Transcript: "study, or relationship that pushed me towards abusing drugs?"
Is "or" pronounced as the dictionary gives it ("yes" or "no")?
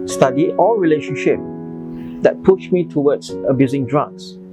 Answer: no